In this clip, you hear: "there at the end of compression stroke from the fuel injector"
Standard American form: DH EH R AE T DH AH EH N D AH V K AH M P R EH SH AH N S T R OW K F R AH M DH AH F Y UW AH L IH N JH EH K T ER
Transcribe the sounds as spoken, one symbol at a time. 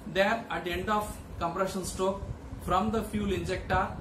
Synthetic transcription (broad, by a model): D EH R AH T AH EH N D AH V K AH M P R EH SH AH N S T OW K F R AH M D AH F Y UW L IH N JH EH K T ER